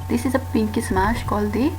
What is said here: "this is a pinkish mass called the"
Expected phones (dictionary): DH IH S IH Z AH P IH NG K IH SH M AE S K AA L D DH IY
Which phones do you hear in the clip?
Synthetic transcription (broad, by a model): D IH S IH Z AH P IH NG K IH S M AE SH K AA L D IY